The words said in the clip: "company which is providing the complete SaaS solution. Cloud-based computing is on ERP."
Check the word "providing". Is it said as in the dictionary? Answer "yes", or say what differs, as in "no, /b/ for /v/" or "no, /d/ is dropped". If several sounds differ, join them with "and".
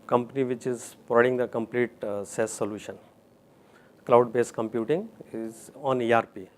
no, /v/ is dropped